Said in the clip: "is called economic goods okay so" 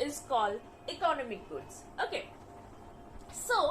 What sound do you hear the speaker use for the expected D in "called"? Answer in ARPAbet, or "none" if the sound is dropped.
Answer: none